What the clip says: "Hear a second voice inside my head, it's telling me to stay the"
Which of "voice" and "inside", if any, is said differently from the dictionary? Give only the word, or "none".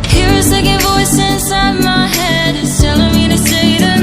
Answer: none